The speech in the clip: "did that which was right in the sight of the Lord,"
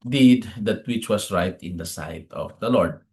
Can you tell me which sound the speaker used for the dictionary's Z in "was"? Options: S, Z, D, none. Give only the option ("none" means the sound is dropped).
S